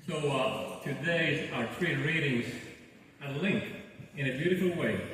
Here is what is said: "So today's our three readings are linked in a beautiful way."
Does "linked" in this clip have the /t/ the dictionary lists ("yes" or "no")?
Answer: no